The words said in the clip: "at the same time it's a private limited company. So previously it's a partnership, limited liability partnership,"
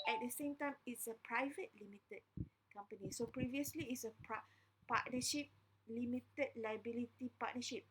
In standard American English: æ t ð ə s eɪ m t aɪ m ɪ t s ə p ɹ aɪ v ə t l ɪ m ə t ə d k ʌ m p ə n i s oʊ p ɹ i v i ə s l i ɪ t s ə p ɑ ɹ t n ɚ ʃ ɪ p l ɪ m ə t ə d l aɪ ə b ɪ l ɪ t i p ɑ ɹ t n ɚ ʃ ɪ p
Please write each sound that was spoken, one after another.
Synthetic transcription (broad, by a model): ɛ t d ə s eɪ m t aɪ m ɪ t s ə p ɹ aɪ v ə t l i m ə t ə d k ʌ m p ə n i s oʊ p ɹ i v i ə s l i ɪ t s ə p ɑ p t n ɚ ʃ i p l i m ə t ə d l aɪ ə b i l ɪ t i p ɑ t n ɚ ʃ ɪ p